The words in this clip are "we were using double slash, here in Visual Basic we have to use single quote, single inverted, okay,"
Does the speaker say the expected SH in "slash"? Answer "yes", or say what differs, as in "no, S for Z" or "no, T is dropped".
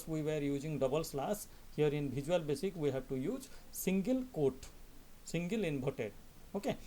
no, S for SH